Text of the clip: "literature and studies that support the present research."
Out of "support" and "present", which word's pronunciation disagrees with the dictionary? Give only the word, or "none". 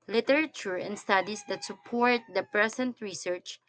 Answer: present